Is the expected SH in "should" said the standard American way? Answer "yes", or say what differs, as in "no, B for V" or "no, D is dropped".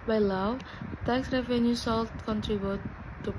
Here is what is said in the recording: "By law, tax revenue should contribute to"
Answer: no, S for SH